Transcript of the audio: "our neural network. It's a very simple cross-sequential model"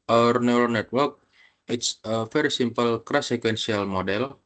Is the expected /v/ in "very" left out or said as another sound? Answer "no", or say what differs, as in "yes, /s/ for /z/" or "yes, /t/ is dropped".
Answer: yes, /f/ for /v/